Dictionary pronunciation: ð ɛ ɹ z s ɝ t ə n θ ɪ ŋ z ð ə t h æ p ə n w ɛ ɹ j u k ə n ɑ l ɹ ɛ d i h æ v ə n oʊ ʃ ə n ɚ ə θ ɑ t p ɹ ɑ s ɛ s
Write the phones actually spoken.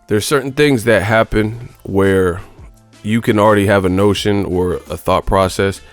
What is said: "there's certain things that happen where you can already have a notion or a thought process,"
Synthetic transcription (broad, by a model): ð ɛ ɹ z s ɝ t n θ ɪ ŋ z ð ə t h æ p ə n w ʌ ɹ j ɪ k ə n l ɹ ɛ d i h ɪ v ə n oʊ ʃ ə n ɚ ə θ ɑ t p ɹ ɑ s ɛ s